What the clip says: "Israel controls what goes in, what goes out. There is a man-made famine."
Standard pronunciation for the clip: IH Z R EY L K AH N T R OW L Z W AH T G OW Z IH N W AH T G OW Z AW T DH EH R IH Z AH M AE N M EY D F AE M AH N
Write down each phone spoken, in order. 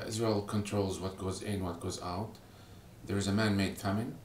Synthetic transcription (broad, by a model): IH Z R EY L K AH N T R OW L Z W AH T G OW Z IH N W AH T G OW Z AW T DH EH R IH Z AH M AE N M EY D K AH M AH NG